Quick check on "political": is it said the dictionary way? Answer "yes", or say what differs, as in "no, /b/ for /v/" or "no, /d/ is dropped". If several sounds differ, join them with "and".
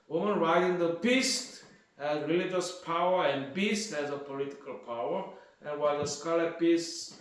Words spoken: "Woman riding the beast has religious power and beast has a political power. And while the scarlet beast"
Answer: yes